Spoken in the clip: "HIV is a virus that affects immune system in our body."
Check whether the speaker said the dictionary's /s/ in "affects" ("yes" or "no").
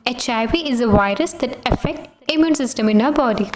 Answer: no